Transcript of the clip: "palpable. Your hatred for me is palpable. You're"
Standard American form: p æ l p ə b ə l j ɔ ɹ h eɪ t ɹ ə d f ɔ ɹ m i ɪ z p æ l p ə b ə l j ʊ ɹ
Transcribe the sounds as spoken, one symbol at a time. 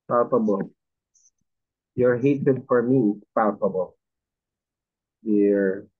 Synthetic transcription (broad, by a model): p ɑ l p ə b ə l j ɔ ɹ h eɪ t ə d f ɔ ɹ m i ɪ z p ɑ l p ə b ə l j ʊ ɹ